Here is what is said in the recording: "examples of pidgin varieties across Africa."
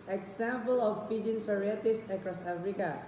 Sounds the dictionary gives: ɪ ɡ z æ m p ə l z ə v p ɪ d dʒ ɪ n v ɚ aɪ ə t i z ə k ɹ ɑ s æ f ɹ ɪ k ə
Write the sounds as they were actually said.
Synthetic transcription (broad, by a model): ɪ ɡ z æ m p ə l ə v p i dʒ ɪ n f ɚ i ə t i s ə k ɹ ɑ s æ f ɹ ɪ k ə